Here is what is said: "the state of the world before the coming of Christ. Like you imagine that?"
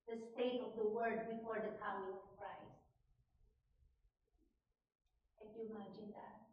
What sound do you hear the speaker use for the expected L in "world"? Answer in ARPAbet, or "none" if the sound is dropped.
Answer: none